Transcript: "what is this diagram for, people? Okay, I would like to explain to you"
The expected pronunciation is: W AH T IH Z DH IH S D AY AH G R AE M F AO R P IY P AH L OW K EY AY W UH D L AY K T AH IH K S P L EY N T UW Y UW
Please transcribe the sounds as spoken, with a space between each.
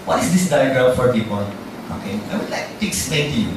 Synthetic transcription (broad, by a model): W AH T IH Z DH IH S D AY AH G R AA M F AO R P IY P AH L OW K EY AY W UH D L AY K T AH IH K S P EY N T UW Y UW